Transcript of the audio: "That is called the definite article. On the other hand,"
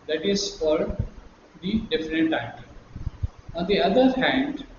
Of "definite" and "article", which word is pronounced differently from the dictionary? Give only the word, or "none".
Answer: article